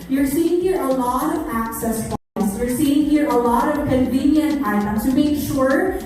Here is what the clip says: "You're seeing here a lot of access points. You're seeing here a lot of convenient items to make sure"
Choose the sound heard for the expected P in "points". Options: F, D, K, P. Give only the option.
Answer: F